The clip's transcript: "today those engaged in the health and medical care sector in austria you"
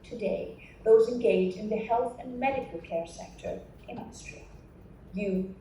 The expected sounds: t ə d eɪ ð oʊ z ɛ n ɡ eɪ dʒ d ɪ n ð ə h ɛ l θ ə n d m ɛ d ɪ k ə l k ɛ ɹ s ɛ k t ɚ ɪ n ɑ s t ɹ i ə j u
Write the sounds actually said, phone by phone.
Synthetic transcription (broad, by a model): t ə d eɪ ð oʊ z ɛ n ɡ eɪ dʒ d ɪ n ð ə h ɛ l θ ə n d m ɛ d ɪ k ə l k ɛ ɹ s ɛ k t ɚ ɪ n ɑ s t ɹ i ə j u